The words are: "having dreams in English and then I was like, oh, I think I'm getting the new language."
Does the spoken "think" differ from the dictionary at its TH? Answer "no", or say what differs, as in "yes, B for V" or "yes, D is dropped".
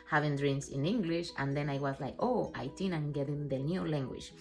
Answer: yes, T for TH